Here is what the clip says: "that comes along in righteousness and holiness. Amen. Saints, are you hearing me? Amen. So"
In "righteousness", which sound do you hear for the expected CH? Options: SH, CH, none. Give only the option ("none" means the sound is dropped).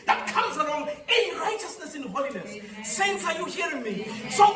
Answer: CH